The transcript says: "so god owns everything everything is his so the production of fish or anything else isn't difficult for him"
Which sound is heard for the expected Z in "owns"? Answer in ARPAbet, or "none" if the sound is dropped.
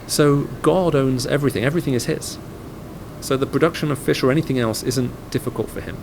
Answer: Z